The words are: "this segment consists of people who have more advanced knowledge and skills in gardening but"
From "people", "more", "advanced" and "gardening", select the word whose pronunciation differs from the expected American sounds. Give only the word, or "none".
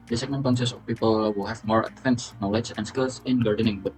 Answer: advanced